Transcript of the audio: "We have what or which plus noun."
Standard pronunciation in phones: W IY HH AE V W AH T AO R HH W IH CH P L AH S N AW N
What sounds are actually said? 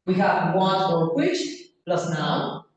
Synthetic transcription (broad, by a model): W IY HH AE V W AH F AO R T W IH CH P L AH S N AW